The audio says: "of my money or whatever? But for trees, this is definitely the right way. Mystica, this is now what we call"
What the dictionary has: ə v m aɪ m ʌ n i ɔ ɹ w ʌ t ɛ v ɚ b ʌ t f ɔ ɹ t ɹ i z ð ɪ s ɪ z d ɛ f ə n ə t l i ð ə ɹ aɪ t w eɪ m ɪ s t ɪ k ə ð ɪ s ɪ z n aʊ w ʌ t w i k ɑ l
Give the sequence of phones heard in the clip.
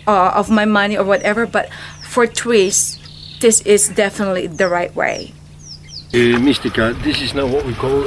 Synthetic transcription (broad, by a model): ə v m aɪ m ʌ n i ɔ ɹ w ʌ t ɛ v ɚ b ʌ t f ɔ ɹ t w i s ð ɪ s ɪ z d ɛ f ə n ə t l i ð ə ɹ aɪ t w eɪ m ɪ s t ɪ k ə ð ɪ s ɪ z n aʊ w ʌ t w i k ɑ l